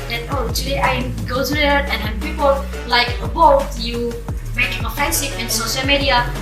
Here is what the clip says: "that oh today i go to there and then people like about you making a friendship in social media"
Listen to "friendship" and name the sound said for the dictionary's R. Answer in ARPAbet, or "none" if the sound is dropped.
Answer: none